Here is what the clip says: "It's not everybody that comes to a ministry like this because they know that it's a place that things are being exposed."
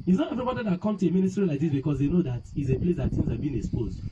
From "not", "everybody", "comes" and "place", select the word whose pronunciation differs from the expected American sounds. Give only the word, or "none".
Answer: comes